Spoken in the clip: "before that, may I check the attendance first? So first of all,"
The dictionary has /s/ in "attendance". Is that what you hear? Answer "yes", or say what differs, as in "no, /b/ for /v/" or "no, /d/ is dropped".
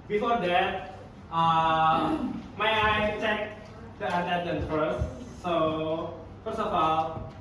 no, /s/ is dropped